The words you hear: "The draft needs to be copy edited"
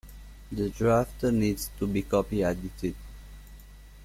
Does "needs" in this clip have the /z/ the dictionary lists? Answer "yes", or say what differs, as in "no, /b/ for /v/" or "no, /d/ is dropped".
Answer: no, /s/ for /z/